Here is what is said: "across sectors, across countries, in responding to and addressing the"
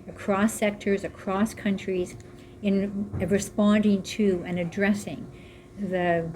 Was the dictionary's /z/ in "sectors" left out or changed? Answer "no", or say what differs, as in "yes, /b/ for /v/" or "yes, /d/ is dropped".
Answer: no